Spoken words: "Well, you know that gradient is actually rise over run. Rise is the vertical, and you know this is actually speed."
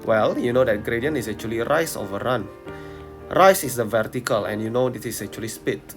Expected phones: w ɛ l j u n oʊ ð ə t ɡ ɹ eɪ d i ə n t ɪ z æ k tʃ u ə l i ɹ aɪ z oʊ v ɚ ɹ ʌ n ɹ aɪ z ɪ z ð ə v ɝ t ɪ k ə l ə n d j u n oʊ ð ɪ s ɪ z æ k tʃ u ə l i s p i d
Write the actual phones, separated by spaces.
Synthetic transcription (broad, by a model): w ɛ l j u n oʊ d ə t ɡ ɹ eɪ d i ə n ɪ s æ k tʃ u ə l i ɹ aɪ s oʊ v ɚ ɹ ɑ n ɹ aɪ s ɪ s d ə v ɝ t ɪ k ə l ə n j u n oʊ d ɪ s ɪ s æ k tʃ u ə l i s p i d